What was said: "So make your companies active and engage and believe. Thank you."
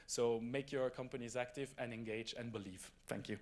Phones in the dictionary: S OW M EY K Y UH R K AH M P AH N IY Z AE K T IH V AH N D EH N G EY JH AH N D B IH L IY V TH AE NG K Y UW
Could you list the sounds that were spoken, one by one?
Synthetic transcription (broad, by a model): S OW M EY K Y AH R K AH M P AH N IY Z AE K T IH V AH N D EH N G EY JH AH N B IH L IY V TH AE NG K Y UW